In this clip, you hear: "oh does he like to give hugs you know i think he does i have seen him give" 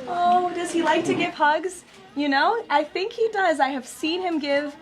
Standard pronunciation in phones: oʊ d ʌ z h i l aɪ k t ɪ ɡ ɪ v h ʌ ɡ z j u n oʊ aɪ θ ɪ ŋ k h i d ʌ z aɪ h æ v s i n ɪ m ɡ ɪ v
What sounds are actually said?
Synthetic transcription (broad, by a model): oʊ d ʌ z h i l aɪ k t ɪ ɡ ɪ v h ʌ ɡ z j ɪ n oʊ aɪ θ ɪ ŋ k h i d ʌ z aɪ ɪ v s i n ɪ m ɡ ɪ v